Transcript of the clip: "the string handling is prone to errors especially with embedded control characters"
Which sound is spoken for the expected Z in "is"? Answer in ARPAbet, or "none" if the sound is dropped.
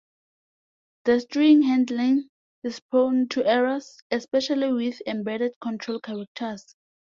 S